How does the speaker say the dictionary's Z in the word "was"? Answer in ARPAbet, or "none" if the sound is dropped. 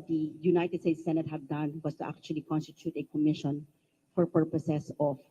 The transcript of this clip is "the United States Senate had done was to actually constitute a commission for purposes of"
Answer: S